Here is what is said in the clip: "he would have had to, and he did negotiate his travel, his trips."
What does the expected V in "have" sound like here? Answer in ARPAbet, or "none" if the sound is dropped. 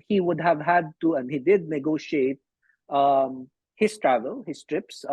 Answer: V